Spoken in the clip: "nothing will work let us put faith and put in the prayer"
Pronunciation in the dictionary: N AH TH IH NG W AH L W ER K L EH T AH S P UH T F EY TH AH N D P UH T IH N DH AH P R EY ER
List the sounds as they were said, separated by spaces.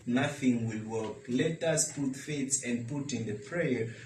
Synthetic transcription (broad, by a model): N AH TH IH NG W AH L W ER K L EH T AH S P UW T F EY S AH N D P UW T IH N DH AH P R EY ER